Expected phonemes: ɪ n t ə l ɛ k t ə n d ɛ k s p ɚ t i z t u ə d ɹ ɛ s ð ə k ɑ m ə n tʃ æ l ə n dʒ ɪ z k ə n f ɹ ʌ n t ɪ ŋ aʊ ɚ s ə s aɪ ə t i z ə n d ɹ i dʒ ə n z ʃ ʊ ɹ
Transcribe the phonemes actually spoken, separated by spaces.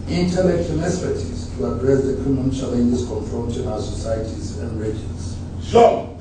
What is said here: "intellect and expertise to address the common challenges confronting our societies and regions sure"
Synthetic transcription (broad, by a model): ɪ n t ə l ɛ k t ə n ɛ s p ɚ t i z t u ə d ɹ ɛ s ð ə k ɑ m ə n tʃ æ l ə n dʒ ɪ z k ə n f ɹ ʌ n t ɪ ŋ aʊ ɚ s ə s aɪ ə t i z ə n d ɹ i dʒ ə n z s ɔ